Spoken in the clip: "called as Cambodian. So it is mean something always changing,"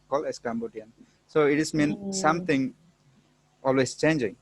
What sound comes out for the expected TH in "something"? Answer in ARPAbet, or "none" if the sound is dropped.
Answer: T